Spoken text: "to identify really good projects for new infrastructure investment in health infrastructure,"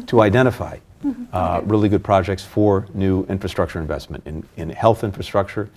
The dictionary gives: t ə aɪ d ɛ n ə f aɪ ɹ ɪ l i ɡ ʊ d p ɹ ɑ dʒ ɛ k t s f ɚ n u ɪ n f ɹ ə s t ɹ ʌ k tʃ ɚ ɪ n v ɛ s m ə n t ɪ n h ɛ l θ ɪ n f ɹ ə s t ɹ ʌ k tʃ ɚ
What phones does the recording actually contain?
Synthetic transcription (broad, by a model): t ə aɪ d ɛ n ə f aɪ ɹ ɪ l i ɡ ʊ d p ɹ ɑ dʒ ɛ k t s f ɚ n u ɪ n f ɹ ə s t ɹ ʌ k tʃ ɚ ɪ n v ɛ s m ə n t ɪ n h ɛ l θ ɪ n f ɹ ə s t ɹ ʌ k tʃ ɚ